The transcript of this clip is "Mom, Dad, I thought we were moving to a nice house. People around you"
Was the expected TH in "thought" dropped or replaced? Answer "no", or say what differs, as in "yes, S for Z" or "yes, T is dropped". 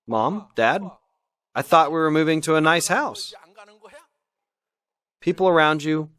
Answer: no